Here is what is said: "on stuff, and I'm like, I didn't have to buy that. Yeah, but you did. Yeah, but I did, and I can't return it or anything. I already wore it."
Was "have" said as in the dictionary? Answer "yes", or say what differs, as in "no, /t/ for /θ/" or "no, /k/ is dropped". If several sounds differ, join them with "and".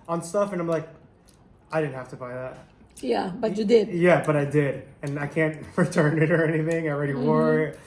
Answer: no, /f/ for /v/